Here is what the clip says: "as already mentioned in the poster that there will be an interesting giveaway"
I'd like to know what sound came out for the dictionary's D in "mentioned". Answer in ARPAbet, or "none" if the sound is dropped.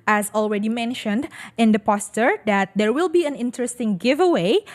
D